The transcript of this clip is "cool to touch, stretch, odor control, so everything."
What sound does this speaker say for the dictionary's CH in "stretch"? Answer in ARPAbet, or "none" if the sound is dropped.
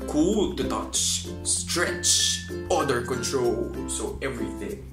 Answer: CH